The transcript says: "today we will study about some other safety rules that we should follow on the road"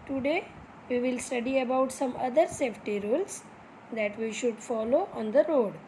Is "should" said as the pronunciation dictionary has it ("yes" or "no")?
yes